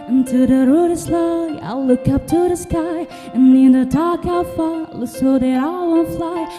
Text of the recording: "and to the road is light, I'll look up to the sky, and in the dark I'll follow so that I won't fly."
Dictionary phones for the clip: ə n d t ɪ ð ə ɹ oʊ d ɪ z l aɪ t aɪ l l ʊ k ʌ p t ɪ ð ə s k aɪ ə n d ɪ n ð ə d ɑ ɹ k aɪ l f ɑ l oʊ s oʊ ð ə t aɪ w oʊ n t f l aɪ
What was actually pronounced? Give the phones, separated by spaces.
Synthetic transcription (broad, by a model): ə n t ɪ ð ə ɹ oʊ d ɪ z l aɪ aɪ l l ʊ k ʌ p t ɪ ð ə s k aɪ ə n ɪ n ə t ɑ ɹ k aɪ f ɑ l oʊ s oʊ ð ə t aɪ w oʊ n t f l aɪ